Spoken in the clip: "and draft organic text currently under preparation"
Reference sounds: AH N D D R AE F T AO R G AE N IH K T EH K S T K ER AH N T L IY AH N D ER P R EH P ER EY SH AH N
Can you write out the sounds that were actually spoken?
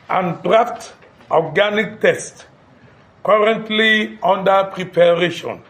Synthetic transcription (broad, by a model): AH N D D R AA F T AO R G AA N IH K T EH S T K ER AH N T L IY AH N D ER P R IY P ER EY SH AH N